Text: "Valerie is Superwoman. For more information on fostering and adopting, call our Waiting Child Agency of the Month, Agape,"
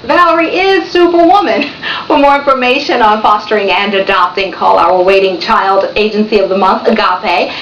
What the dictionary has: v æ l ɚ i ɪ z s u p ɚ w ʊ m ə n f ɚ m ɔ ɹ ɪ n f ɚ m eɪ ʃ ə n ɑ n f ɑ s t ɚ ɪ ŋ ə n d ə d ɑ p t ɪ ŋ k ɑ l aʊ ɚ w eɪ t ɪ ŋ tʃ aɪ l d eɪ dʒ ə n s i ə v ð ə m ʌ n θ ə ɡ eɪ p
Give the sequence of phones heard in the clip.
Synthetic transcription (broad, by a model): v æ l ɚ i ɪ z s u p ɚ w ʊ m ə n f ɚ m ɔ ɹ ɪ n f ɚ m eɪ ʃ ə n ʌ n f ɑ s t ɚ ɪ ŋ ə n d ə d ɑ p t ɪ ŋ k ɑ l aʊ ɚ w eɪ t ɪ ŋ tʃ aɪ l d eɪ dʒ ə n s i ə v ð ə m ʌ n θ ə ɡ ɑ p